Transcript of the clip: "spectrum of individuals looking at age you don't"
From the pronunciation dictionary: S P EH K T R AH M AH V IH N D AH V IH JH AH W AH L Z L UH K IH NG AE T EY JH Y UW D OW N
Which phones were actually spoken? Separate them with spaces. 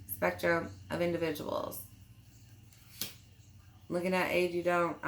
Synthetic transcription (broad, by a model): S P EH K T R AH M AH V IH N D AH V IH JH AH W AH L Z L UH K IH NG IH T EY JH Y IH D OW N